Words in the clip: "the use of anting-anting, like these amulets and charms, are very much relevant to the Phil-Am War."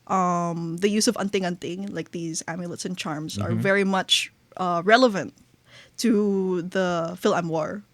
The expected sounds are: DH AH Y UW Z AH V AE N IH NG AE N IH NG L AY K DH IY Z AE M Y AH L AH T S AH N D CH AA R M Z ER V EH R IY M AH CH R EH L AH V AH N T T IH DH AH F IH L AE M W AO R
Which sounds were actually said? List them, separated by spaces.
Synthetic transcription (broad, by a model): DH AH Y UW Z AH V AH N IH NG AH N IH NG L AY K DH IY Z AE M Y AH L AH T S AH N CH AA R M Z ER V EH R IY M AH CH R EH L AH V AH N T T IH DH AH F IH L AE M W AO R